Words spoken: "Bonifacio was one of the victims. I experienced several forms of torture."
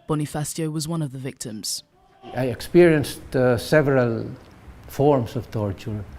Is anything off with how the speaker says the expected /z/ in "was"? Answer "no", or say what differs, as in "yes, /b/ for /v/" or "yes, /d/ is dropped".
no